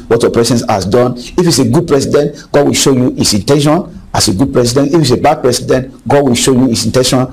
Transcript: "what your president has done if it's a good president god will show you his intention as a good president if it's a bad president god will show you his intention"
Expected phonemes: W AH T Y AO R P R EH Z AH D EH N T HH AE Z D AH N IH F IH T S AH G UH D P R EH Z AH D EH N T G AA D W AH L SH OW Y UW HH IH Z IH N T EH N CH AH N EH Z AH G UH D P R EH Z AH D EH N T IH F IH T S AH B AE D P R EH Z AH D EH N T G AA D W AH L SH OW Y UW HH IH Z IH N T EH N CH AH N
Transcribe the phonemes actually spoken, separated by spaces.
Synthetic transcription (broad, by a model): W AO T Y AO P R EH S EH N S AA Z D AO N IH F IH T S AH G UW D P R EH S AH D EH N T G AA D W AH L SH OW Y UW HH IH S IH N T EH N SH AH N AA S AH G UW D P R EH S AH D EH N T IH F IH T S AH B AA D P R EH S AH D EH N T G AA D W AH L SH OW Y UW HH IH S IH N T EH N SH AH N